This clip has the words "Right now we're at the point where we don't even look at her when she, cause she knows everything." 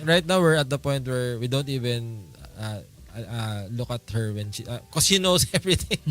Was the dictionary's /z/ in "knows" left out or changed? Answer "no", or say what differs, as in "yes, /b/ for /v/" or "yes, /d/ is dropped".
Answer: yes, /s/ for /z/